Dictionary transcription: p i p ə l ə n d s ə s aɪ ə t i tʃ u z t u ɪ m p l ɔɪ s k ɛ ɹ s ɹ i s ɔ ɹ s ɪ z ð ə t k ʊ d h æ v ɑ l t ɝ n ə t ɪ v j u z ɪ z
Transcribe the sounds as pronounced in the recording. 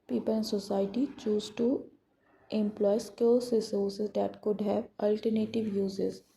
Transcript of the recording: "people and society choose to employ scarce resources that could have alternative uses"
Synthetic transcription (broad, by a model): p i p ə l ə n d s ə s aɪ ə t i tʃ u z t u ɪ m p l ɔɪ s k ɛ l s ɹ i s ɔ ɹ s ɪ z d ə t k ʊ d h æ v ɑ l t ɝ n ə t ɪ v j u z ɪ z